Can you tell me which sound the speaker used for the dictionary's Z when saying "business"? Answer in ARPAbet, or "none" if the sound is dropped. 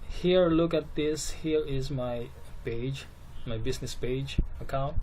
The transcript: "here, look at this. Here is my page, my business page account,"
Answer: S